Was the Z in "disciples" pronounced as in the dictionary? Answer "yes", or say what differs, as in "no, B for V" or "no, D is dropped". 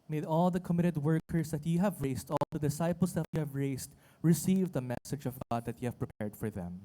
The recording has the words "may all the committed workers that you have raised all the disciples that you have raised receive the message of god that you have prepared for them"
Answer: no, S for Z